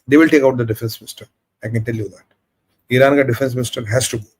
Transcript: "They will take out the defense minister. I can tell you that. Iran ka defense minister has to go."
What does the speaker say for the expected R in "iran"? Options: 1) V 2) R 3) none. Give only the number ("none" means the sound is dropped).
2